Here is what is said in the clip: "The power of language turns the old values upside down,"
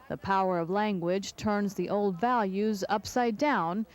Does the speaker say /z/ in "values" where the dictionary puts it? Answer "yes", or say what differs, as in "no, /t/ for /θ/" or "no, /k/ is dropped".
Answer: yes